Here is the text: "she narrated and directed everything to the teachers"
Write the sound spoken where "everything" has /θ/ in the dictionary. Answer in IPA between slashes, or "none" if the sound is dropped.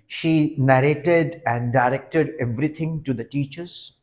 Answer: /t/